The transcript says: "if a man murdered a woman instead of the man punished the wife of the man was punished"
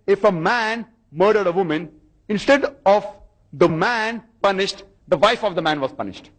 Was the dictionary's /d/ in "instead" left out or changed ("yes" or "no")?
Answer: no